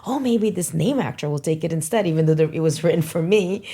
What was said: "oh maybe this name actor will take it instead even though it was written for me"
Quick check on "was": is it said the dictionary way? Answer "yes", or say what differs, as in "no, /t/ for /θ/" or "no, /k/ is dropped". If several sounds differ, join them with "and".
yes